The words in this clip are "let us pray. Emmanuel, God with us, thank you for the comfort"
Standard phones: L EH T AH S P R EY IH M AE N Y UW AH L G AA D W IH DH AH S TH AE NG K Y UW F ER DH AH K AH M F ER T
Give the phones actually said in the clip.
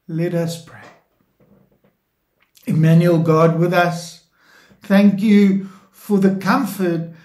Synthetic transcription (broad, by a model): L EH T AH S P R EY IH M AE N Y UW L G AA D W IH DH AH S TH AE NG K Y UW F ER DH AH K AH M F ER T